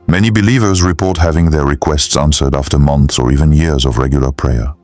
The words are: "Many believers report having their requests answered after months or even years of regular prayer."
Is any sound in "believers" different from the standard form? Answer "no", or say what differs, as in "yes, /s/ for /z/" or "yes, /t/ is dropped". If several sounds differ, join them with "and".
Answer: no